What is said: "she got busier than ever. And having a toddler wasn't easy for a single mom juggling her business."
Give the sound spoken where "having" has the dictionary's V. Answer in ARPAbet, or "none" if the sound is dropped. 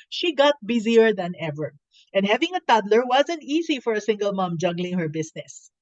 V